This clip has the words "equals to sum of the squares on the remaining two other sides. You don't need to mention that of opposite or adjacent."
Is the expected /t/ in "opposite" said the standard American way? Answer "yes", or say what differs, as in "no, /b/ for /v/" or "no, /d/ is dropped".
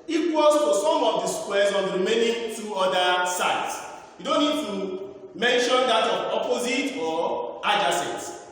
yes